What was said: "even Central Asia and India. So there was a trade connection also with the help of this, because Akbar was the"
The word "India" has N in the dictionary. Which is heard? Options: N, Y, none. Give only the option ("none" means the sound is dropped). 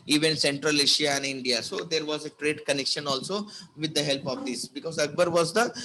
N